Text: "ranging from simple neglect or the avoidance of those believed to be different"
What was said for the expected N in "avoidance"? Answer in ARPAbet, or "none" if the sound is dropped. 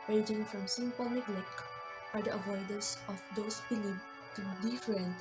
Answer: none